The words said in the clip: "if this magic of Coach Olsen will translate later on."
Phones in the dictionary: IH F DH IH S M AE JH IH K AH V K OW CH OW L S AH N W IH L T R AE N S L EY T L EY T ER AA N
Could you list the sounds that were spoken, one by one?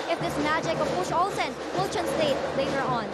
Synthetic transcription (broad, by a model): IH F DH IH S M AE JH IH K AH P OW SH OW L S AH N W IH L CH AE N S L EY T L EY T ER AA N